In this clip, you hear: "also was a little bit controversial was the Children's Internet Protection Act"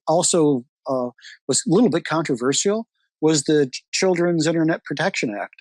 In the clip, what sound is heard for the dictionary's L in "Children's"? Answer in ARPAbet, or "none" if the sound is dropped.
L